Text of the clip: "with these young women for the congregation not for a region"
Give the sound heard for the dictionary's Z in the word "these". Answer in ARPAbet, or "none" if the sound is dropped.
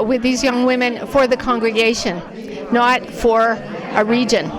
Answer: Z